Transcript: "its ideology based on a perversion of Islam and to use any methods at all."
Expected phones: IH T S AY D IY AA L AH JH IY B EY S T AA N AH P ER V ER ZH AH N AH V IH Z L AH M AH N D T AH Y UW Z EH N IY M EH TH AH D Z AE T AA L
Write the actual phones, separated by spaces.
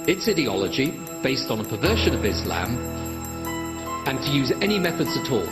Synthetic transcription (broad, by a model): IH T S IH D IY AA L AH JH IY B EY S T N AH P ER V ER SH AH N AH V IH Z L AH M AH N T AH Y UW Z EH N IY M EH TH AH D Z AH T AA L